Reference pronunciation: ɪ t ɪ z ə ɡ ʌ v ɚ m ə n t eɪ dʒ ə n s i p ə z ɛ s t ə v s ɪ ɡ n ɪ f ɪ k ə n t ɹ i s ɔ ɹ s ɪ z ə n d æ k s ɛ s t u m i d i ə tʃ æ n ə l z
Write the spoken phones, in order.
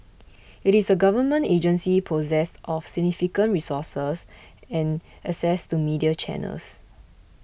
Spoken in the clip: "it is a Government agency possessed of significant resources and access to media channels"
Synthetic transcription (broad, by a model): ɪ t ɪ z ə ɡ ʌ v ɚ m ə n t eɪ dʒ ə n s i p ə z ɛ s t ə f s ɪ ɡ n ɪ f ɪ k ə n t ɹ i s ɔ s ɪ s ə n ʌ s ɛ s t u m i d i ə tʃ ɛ n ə l s